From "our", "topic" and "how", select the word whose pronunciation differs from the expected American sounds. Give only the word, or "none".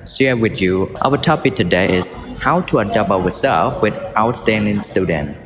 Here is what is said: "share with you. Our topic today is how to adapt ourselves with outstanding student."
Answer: our